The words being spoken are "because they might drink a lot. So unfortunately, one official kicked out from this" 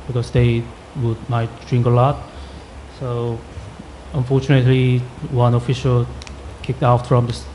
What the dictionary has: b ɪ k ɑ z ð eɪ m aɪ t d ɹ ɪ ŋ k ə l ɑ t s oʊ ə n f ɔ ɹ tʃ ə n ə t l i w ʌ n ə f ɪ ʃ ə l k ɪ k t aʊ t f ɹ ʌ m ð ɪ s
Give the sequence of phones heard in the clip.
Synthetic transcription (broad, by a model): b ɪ k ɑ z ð eɪ m aɪ t d ɹ ɪ ŋ k ə l ɑ t s oʊ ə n f ɔ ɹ tʃ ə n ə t l i w ʌ n ə f ɪ ʃ ə l k ɪ k t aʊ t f ɹ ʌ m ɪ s